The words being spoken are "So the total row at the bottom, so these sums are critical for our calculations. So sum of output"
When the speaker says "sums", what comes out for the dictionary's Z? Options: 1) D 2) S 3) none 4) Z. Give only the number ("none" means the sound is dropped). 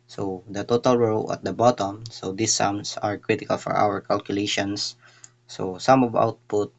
2